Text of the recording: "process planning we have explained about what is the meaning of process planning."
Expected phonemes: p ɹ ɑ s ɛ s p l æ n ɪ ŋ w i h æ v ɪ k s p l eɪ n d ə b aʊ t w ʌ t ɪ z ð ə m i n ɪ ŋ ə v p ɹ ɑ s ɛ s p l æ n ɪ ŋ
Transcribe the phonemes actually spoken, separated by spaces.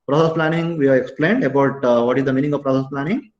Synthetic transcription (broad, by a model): p ɹ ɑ s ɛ s p l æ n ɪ ŋ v i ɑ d ɪ k s p l eɪ n d ə b aʊ t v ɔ t ɪ z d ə m i n ɪ ŋ ə v p ɹ ɑ s ɛ s p l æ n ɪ ŋ